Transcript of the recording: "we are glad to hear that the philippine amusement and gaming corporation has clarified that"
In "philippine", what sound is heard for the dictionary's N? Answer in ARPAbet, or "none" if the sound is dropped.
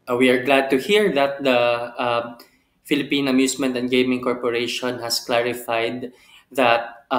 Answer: N